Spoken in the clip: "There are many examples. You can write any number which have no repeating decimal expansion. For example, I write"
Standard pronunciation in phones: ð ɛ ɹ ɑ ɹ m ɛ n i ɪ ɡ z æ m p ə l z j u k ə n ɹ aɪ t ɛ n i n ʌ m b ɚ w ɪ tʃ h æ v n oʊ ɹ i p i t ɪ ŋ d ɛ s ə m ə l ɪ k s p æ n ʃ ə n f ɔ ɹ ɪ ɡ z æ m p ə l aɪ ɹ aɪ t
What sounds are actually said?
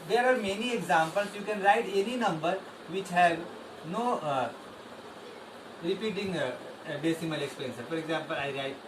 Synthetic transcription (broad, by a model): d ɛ ɹ ɑ ɹ m ɛ n i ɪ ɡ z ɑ m p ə l s j u k ə n ɹ aɪ t ɛ n i n ʌ m b ɚ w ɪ tʃ h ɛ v n oʊ ɹ i p i t ɪ ŋ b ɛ s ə m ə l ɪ k s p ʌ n s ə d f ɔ ɹ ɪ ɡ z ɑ m p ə l aɪ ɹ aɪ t